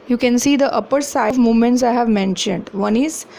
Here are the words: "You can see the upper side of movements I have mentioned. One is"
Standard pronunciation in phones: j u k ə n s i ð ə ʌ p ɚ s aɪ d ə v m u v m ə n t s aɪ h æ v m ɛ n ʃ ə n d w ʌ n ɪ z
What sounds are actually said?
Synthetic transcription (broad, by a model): j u k ə n s i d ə ʌ p ɚ s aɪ ə v m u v m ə n t s aɪ h æ v m ɛ n ʃ ə n d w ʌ n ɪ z